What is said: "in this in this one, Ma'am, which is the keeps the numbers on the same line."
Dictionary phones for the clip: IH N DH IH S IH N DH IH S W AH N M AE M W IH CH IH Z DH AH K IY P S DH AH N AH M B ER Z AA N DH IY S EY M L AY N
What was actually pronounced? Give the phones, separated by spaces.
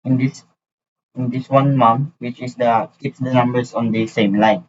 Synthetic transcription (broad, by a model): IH N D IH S IH N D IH S W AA N M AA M W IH CH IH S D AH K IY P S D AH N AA M B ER S AA N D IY S EY M L AY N